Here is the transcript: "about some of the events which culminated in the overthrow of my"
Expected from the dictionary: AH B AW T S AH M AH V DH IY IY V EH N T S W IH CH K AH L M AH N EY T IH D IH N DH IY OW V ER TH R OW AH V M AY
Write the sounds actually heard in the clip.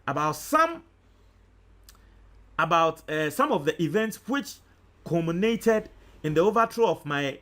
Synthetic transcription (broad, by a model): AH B AW T S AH M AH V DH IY IY V EH N T S W IH CH K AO M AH N EY T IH D IH N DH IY OW V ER T R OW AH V M AY